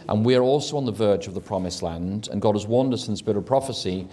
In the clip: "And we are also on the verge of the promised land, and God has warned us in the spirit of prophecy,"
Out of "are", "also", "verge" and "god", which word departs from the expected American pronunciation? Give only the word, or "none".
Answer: none